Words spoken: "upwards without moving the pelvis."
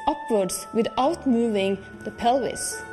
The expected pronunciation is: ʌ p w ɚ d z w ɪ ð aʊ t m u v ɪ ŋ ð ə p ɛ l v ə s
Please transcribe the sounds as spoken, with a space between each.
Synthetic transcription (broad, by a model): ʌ p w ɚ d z w ɪ ð aʊ t m u v ɪ ŋ ð ə p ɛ l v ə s